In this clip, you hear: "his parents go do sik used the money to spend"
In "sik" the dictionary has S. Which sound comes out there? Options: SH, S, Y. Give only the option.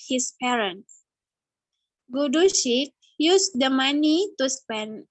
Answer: SH